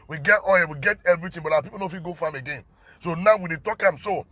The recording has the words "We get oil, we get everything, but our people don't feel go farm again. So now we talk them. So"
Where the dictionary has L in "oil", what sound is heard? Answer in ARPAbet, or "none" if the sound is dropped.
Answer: N